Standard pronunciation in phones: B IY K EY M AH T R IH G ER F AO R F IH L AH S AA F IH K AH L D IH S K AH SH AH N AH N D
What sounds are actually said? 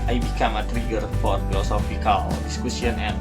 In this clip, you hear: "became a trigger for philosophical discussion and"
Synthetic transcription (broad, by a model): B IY K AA M AH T R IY G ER F AO R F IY L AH S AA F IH K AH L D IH S K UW S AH N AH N